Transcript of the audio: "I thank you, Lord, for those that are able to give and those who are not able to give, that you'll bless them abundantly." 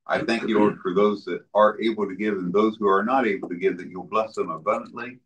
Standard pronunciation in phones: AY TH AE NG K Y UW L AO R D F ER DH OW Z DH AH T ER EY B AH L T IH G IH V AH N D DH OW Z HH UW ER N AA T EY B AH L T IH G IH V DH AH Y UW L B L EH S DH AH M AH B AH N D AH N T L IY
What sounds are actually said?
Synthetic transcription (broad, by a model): AY TH AE NG K Y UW L AO R D F ER DH OW Z DH AH T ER EY B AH L T IH G IH V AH N DH OW Z HH UW ER N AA T EY B L T IH G IH V DH AH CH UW B L EH S DH AH M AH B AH N D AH N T L IY